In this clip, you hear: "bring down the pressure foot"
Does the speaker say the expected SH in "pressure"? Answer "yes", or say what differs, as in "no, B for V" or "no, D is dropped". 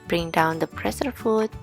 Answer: no, S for SH